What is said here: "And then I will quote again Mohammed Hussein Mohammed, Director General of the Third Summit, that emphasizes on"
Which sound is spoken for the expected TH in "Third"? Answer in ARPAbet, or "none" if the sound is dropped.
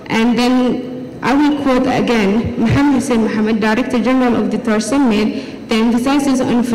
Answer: T